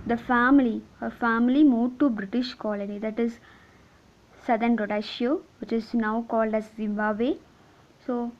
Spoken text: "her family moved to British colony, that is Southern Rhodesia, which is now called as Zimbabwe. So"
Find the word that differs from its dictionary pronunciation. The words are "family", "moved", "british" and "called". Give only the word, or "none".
moved